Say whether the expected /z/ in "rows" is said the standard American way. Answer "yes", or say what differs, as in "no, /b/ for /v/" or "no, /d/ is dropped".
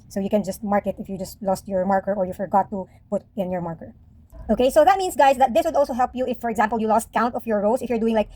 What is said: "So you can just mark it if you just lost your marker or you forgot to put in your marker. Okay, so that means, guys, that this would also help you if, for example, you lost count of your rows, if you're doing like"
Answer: no, /s/ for /z/